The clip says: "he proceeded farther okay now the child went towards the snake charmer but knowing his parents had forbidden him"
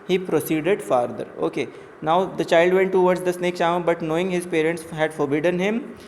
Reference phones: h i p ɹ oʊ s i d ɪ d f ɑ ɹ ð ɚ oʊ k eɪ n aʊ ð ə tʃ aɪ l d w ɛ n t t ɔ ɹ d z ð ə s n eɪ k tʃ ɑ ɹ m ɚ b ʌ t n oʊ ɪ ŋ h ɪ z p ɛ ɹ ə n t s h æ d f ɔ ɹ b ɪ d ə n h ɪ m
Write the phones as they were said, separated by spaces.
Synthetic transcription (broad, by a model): h i p ɹ oʊ s i d ɪ d f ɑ ɹ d ɚ oʊ k eɪ n aʊ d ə tʃ aɪ l d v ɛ n t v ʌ ɹ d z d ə s n eɪ k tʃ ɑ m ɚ b ʌ t n oʊ ɪ ŋ h ɪ z p ɛ ɹ ə n t s h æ d f ɔ ɹ b ɪ d ə n h ɪ m